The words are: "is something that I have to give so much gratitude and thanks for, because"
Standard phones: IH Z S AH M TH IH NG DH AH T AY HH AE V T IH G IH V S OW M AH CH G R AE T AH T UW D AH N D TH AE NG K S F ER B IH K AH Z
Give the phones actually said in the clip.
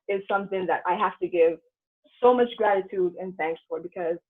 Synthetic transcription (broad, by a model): IH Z S AH M TH IH NG DH AH T AY HH AE F T IH G IH V S OW M AH CH G R AE T AH T UW D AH N TH AE NG K S F ER B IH K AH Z